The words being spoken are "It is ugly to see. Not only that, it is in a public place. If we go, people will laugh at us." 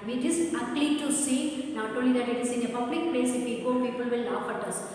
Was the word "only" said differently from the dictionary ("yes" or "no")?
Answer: yes